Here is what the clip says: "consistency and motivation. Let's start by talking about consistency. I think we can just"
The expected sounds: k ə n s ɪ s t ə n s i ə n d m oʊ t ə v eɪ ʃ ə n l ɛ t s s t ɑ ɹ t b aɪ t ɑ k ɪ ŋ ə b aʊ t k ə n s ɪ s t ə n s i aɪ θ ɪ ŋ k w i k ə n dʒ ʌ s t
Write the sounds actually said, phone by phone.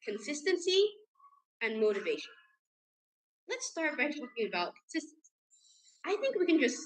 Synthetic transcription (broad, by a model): k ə n s ɪ s t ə n s i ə n m oʊ t ə v eɪ ʃ ə n l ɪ t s s t ɑ ɹ t b aɪ t ɑ k ɪ ŋ ə b aʊ t k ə n s ɪ s t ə n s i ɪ θ ɪ ŋ k w i k ə n dʒ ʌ s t